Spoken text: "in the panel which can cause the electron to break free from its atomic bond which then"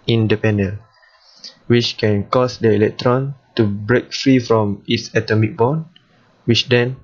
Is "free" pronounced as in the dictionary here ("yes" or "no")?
yes